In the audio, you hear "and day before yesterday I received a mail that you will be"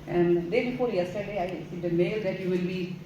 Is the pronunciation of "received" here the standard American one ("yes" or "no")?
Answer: no